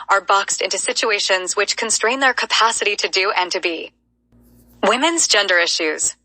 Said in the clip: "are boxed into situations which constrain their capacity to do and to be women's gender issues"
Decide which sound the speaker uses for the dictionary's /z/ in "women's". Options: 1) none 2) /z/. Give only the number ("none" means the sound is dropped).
2